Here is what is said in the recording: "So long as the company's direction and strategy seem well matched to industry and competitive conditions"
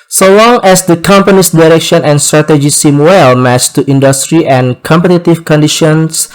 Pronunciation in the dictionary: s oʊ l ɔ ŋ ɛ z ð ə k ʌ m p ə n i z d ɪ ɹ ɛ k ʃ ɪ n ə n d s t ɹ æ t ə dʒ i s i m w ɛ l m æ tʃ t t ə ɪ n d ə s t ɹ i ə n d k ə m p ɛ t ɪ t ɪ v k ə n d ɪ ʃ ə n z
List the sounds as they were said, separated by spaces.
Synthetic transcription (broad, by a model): s oʊ l ɔ ŋ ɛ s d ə k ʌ m p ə n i s d ɪ ɹ ɛ k ʃ ɪ n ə n s t ɹ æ t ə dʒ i s i m w ɛ l m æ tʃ t t ə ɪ n d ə s t ɹ i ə n k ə m p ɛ t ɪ t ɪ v k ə n d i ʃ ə n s